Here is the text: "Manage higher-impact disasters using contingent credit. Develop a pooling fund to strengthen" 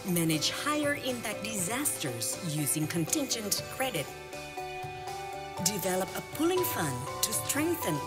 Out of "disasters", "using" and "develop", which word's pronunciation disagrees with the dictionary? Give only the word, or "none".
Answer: none